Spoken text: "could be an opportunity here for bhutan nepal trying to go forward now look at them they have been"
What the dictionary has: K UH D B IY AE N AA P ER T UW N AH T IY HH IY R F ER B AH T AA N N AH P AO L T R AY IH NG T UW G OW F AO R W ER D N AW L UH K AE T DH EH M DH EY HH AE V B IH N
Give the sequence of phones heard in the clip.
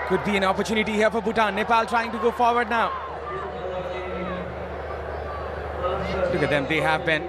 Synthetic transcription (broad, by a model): K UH D B IY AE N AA P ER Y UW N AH T IY HH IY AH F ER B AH T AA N N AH P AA L T R AY IH NG T UW G OW F AO R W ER D N AW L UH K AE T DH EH M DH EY HH AE V B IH N